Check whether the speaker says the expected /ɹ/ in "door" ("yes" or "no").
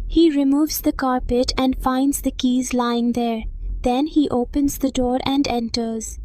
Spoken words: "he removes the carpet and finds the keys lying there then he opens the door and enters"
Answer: yes